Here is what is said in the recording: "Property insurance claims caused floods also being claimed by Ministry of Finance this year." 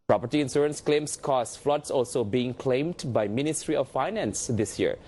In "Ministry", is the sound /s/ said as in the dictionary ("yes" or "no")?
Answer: yes